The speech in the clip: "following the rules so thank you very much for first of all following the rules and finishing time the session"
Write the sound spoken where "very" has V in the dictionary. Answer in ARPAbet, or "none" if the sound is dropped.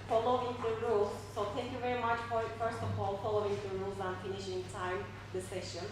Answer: V